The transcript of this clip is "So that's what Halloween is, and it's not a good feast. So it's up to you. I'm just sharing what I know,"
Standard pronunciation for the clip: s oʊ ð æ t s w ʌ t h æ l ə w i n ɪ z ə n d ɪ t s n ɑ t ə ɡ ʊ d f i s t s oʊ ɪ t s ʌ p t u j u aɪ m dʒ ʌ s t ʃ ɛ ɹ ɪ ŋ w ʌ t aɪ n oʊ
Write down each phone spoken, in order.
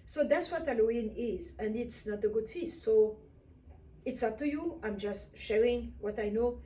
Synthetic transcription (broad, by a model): s oʊ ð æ t s w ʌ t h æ l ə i n ɪ z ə n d ɪ t s n ɑ t ə ɡ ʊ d f i s t s oʊ ɪ t s ʌ p t u j u aɪ m dʒ ʌ s t ʃ ɛ ɹ ɪ ŋ w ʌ t aɪ n oʊ